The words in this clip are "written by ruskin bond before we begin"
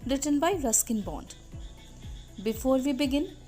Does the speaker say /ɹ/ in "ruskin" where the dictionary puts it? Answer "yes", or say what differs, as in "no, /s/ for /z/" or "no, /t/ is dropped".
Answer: yes